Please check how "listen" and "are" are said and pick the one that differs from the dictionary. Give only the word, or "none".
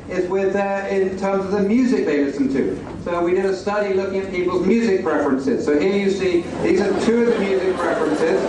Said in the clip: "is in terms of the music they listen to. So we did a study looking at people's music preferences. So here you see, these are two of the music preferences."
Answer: listen